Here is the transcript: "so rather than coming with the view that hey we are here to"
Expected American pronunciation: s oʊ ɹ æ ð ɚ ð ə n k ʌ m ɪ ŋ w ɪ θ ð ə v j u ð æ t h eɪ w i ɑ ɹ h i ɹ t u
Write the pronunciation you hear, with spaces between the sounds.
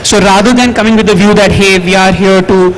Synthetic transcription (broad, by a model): s oʊ ɹ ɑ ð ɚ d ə n k ʌ m ɪ ŋ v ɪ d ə v j u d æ t h eɪ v i ɑ ɹ h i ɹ t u